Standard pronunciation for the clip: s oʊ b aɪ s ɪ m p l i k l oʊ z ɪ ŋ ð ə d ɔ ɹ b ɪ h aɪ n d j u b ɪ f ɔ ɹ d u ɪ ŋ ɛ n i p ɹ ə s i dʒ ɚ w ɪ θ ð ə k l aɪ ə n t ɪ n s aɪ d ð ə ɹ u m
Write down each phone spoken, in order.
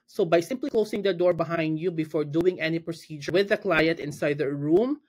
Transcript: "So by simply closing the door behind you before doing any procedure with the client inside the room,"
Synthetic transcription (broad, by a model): s oʊ b aɪ s ɪ m p l i k l oʊ s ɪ ŋ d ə d ɔ ɹ b ɪ h aɪ n d j u b ɪ f ɔ ɹ d u ɪ ŋ ɛ n i p ɹ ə s i dʒ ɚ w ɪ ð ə k l aɪ ə n t ɪ n s aɪ d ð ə ɹ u m